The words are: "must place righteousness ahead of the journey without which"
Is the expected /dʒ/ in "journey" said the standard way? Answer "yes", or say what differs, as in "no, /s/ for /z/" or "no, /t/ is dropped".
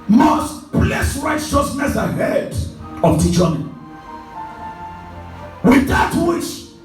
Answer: no, /tʃ/ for /dʒ/